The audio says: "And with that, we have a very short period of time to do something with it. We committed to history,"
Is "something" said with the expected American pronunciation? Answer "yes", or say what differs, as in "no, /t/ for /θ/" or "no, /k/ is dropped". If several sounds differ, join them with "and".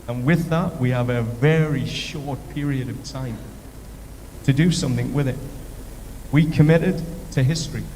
yes